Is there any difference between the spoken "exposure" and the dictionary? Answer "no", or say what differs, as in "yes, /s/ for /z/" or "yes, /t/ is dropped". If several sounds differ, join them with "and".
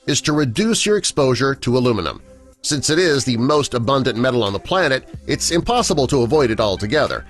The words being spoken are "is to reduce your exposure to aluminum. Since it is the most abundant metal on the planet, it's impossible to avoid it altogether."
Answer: no